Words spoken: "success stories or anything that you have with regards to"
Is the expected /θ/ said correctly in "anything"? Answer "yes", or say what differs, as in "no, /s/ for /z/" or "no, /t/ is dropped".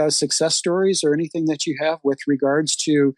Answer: yes